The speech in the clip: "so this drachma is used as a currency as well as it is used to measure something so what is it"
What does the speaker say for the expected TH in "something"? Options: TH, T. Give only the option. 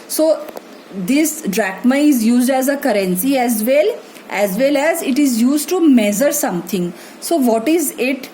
T